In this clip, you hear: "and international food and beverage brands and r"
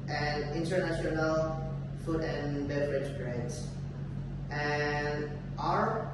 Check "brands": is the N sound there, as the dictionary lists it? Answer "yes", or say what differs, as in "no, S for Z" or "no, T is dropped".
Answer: no, N is dropped